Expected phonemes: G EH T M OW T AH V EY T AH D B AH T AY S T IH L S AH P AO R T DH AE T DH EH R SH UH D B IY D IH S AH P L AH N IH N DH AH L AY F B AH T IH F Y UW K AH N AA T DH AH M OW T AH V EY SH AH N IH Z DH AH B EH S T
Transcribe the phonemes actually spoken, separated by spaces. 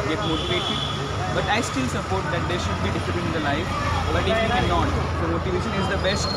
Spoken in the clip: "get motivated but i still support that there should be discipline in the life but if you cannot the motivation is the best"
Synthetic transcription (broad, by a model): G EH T M OW T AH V EY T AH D B AH T AY S T IH L S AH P AO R T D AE T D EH R SH UH D B IY D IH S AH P AH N IH N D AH L AY F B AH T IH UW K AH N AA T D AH M OW T AH V EY SH AH N IH Z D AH B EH S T